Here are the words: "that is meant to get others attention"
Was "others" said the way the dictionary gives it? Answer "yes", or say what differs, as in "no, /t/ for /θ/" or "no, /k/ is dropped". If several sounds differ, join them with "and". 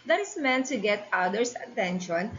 no, /s/ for /z/